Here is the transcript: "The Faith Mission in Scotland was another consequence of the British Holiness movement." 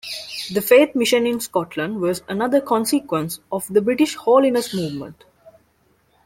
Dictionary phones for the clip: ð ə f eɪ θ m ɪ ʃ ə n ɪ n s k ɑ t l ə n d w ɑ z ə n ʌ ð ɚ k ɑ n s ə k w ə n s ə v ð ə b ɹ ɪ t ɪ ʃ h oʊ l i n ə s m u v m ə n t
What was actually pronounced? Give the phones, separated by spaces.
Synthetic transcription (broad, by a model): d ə f eɪ t m ɪ ʃ ə n ɪ n s k ɑ t l ə n d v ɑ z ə n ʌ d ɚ k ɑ n s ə k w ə n s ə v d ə b ɹ ɪ t ɪ ʃ h oʊ l i n ə s m u v m ə n t